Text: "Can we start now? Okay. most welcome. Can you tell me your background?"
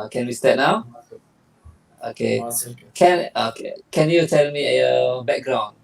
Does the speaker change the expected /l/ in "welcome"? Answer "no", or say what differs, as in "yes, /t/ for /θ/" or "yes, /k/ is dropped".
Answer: yes, /l/ is dropped